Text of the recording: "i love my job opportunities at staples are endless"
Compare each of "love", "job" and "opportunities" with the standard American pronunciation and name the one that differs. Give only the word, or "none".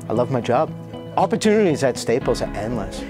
none